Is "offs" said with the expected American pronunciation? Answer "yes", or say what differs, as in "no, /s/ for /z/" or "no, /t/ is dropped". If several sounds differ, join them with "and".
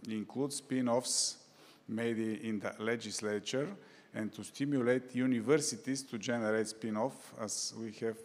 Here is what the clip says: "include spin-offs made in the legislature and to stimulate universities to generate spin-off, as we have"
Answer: yes